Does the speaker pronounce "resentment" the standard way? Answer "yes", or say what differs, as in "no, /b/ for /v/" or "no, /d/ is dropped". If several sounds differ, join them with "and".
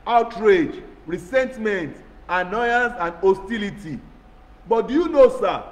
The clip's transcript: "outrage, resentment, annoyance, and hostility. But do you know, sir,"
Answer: no, /s/ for /z/